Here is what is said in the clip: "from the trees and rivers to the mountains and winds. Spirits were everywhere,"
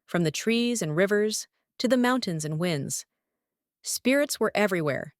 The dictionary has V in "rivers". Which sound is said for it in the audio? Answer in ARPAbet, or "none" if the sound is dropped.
V